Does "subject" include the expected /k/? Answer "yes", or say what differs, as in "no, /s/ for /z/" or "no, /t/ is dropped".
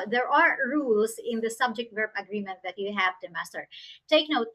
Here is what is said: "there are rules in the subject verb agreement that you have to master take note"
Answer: yes